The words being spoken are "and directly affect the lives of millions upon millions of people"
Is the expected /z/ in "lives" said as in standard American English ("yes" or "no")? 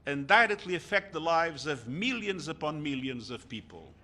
yes